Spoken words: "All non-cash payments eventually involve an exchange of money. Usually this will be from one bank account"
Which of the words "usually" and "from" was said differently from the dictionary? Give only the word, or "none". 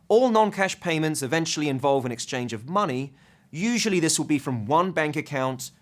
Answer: none